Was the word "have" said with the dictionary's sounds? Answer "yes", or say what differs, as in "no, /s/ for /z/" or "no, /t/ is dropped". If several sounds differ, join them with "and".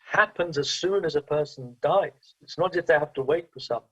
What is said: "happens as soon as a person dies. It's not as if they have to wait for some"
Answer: no, /f/ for /v/